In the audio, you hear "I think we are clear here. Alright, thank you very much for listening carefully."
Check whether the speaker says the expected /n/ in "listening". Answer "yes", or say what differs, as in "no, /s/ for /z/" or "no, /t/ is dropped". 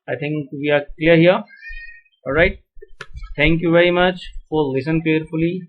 no, /n/ is dropped